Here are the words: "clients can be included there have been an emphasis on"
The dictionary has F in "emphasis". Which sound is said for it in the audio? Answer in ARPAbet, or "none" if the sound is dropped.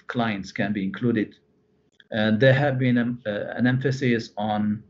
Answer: F